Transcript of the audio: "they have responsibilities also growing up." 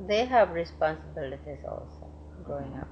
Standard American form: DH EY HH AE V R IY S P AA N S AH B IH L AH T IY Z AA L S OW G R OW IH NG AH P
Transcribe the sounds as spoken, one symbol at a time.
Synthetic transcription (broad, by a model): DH EY HH AE V R IY S P AA N S AH B IH L AH T IY Z AA L S OW G OW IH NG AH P